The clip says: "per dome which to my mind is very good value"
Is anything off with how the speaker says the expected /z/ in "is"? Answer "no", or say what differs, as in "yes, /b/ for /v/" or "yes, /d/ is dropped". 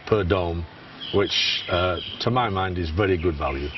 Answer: no